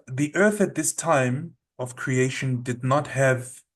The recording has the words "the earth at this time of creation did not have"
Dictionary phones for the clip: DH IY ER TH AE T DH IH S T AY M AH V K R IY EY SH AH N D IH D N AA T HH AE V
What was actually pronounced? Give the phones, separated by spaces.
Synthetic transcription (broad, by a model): DH IY ER TH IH T DH IH S T AY M AH V K R IY EY SH AH N D IH D N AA T HH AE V